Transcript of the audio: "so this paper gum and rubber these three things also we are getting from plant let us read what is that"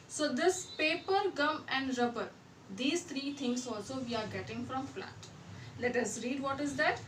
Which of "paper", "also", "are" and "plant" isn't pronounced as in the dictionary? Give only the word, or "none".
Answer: plant